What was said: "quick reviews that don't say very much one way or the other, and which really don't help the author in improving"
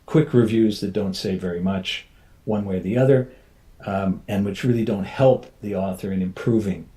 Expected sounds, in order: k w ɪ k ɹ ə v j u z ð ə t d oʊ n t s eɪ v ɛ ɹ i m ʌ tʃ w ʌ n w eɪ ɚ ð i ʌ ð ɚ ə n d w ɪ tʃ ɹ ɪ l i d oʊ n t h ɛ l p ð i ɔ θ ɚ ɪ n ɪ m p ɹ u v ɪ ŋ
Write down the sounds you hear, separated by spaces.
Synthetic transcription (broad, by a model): k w ɪ k ɹ ə v j u z ð ə t d oʊ n t s eɪ v ɛ ɹ i m ʌ tʃ w ʌ n w eɪ ɚ ð i ʌ ð ɚ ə n w ɪ tʃ ɹ ɪ l i d oʊ n t h ɛ l p ð i ɔ θ ɚ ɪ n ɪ m p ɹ u v ɪ ŋ